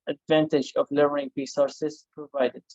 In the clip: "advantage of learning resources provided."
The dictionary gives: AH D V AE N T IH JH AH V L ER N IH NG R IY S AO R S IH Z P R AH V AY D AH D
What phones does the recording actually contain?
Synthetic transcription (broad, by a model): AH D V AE N T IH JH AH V L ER IH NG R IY S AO R S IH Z P R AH V AY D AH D